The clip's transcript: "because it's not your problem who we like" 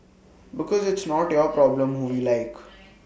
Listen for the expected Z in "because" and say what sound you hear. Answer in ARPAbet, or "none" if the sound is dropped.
Z